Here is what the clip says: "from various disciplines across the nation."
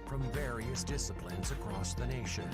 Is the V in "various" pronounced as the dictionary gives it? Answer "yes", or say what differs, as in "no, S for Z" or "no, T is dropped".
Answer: yes